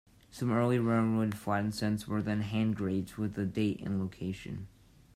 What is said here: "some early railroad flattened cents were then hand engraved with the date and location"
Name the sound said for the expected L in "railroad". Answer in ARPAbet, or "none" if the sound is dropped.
N